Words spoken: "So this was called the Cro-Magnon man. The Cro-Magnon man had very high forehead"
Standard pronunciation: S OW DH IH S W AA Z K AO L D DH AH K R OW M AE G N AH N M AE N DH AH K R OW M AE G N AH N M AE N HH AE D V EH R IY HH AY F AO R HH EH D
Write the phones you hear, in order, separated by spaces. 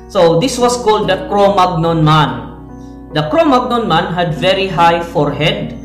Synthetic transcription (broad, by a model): S OW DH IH S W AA S K AO L D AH K R OW M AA G N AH N M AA N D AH K R OW M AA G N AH N M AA N HH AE D V EH R IY HH AY F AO R HH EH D